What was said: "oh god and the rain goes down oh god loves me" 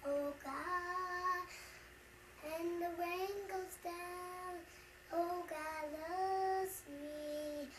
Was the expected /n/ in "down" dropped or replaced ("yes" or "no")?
no